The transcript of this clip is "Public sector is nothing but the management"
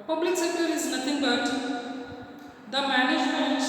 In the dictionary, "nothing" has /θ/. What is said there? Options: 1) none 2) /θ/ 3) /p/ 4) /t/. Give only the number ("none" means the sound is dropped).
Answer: 4